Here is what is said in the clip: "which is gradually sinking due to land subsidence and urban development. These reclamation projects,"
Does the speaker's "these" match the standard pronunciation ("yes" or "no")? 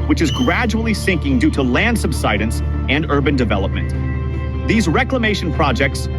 yes